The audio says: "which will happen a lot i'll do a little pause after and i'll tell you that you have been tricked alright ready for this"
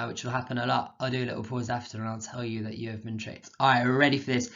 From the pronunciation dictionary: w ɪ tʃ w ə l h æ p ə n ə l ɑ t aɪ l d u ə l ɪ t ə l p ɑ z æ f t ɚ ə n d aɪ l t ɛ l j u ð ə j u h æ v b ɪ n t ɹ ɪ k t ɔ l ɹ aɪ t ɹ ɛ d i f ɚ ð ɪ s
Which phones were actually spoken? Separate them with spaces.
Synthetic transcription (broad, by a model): w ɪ tʃ w ə l h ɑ p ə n ə l ɑ t aɪ l d ə l ɪ t l p ɑ z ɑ f t ɚ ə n aɪ l t ɛ l j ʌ ð ə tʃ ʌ v b ɪ n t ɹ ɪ t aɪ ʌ ɹ ɛ d i f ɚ ð ɪ s